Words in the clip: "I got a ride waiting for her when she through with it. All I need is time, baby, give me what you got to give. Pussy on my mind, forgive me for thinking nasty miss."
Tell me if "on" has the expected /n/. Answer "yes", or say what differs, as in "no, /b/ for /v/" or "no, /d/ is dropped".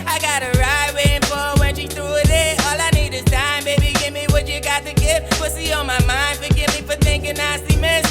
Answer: no, /l/ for /n/